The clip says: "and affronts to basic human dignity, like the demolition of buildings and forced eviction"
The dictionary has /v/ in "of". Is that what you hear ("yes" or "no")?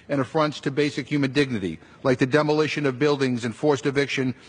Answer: yes